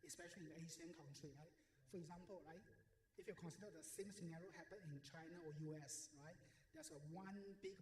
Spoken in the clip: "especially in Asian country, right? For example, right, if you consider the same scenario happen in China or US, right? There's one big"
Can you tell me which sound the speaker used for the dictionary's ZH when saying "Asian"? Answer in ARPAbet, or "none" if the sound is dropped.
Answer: S